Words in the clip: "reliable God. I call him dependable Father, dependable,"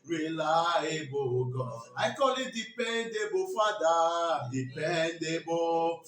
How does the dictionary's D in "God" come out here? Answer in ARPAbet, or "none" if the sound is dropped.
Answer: none